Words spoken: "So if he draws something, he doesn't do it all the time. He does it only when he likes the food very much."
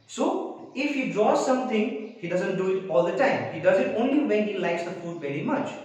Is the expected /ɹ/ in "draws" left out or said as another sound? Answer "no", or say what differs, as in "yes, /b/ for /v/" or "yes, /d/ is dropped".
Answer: yes, /ɹ/ is dropped